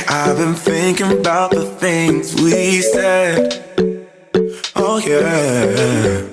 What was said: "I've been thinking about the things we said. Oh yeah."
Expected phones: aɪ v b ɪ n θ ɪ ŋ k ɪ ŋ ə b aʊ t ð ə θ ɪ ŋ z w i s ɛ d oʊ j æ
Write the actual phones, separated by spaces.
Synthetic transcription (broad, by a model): aɪ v b ɪ n θ ɪ ŋ k ɪ ŋ ə b aʊ t ð ə θ ɪ ŋ z w i s ɛ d oʊ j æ